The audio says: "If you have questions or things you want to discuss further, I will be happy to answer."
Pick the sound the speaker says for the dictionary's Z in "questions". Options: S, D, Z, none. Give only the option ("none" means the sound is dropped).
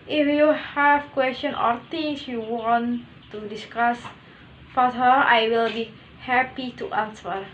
none